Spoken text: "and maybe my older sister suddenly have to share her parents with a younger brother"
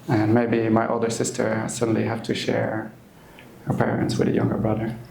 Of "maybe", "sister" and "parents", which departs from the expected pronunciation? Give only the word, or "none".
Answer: none